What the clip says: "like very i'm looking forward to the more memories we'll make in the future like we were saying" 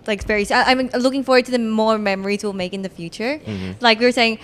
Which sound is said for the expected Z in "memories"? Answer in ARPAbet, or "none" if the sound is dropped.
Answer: Z